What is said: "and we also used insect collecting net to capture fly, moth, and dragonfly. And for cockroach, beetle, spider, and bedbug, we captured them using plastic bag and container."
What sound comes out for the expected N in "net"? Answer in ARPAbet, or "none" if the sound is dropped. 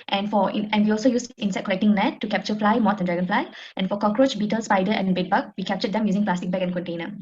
L